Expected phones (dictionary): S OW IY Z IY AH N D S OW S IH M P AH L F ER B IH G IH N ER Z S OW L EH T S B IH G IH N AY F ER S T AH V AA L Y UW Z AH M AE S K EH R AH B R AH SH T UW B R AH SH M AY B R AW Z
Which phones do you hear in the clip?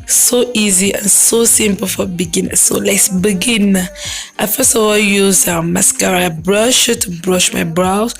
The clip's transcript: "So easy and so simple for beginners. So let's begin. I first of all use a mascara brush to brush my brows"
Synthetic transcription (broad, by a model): S OW IY Z IY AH N S OW S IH M P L F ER B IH G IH N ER S OW L EH T S B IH G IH N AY F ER S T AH W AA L Y UW Z AH M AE S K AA R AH B R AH SH T UW B R AH SH M AY B R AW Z